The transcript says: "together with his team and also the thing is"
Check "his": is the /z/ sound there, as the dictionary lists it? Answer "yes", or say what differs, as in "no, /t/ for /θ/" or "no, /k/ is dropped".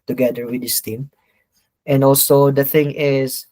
no, /s/ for /z/